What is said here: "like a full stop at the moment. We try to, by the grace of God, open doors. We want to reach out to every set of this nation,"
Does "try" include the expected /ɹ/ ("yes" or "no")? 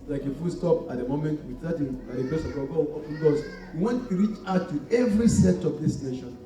no